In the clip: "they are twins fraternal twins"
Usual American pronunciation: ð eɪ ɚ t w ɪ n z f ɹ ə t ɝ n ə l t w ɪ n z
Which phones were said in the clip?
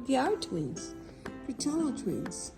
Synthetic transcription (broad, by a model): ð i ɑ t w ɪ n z p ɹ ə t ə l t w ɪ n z